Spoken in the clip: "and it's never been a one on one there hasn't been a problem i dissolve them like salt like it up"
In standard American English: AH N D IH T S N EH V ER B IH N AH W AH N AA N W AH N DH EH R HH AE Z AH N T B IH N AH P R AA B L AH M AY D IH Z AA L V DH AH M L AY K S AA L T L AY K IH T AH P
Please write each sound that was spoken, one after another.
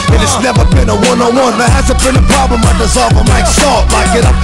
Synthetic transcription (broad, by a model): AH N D IH T S N EH V ER B IH N AH W AH N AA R W AH N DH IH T HH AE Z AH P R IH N AH P R AA B L AH M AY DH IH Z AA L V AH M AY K S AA T L AY K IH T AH